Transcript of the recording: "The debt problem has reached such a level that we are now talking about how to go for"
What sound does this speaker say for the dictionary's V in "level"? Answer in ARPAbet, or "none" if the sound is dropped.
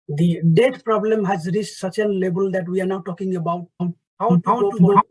B